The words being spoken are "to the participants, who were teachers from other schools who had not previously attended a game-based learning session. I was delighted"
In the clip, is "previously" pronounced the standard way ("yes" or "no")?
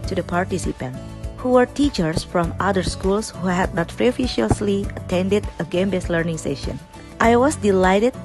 no